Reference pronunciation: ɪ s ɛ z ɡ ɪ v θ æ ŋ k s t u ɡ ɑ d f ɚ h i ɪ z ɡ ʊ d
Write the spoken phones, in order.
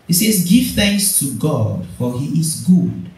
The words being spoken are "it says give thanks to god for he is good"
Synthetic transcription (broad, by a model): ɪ s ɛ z ɡ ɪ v θ æ ŋ k s t u ɡ ɑ d f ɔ h i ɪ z ɡ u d